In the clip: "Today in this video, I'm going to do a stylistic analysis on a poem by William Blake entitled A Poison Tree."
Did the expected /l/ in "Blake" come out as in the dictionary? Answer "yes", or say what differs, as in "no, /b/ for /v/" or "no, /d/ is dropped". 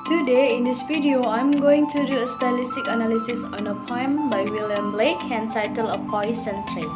yes